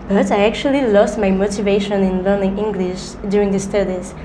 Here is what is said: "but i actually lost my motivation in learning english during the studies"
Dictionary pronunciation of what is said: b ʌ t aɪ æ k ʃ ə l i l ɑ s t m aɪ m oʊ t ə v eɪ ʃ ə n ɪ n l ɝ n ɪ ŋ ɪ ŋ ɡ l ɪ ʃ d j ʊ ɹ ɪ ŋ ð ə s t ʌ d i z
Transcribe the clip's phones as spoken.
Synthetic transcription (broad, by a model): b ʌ t aɪ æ k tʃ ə l i l ɑ s t m aɪ m oʊ t ə v eɪ ʃ ə n ɪ n l ɝ n ɪ ŋ ɪ ŋ ɡ l ɪ ʃ d j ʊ ɹ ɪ ŋ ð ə s t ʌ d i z